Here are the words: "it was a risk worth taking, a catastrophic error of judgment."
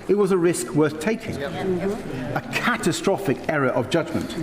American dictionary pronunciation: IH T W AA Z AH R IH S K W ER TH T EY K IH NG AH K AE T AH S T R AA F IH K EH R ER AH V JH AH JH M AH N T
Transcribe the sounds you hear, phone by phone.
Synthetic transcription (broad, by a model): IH T W AA Z AH R IH S K W ER TH T EY K IH NG AH K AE T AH S T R AA F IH K EH R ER AH V JH AH JH M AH N T